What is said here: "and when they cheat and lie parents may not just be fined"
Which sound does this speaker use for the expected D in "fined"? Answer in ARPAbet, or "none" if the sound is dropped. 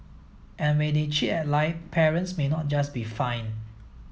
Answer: none